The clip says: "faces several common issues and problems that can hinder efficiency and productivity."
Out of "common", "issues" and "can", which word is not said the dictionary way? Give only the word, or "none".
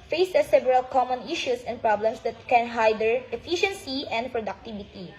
issues